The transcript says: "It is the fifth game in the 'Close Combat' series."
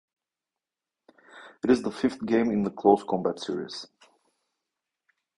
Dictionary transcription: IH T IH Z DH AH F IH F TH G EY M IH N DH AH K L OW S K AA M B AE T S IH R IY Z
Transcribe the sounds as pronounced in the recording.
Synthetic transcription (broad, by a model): IH T IH Z DH AH F IH F TH G EY M IH N DH AH K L OW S K AA M B AE T S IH R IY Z